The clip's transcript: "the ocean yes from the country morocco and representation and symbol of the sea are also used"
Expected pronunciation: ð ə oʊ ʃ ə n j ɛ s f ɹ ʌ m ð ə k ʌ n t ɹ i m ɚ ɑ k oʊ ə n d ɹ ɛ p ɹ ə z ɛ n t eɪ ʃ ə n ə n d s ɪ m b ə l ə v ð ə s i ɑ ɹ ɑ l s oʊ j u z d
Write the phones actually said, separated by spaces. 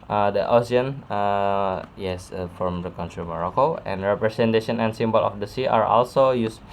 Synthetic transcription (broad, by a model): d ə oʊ s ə n j ɛ s f ɹ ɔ m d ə k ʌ n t ɹ i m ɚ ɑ k oʊ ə n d ɹ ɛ p ɹ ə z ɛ n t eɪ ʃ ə n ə n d s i m b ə l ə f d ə s i ɑ ɹ ɑ l s oʊ j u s